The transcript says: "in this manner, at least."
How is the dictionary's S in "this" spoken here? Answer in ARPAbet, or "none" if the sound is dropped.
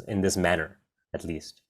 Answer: S